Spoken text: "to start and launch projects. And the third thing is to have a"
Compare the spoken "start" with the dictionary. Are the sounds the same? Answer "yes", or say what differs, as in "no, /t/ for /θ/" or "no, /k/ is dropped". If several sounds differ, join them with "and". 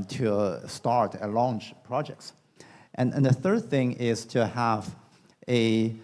yes